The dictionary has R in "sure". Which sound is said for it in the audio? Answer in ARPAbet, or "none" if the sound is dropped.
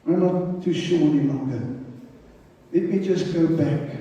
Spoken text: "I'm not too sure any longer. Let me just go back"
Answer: W